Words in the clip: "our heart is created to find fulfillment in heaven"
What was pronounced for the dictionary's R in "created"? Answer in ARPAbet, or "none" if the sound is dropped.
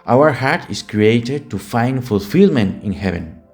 R